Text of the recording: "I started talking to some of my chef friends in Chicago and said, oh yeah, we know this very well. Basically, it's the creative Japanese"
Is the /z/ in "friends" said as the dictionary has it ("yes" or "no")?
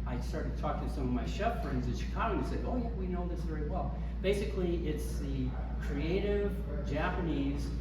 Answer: yes